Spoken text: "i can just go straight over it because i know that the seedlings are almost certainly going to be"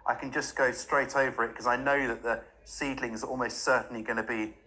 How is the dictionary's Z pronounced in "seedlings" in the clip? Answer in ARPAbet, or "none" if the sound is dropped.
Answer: Z